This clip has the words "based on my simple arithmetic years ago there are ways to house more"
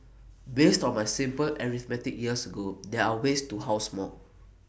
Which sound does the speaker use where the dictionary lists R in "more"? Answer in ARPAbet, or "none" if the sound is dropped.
L